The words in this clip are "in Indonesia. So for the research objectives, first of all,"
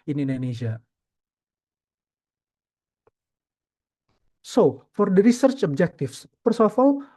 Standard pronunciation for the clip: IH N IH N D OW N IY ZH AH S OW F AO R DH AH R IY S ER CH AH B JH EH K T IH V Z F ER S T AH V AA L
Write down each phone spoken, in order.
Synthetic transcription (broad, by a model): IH N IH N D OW N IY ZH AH S OW F AO R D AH R IY S ER CH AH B JH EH K T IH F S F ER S AH F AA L